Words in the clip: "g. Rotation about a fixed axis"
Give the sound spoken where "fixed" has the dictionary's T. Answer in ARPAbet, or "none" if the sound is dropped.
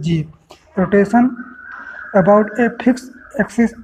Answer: none